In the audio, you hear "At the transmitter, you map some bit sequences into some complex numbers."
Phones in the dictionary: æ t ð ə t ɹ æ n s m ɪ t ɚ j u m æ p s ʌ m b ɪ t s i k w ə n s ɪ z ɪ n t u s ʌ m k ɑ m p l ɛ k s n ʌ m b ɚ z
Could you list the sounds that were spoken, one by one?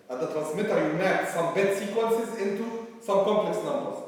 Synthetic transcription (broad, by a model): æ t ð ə t ɹ æ n s m ɪ t ɚ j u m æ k s ʌ m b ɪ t s i k w ə n s ɪ z ɪ n t u s ʌ m k ɑ m p l ɛ k s n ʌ m b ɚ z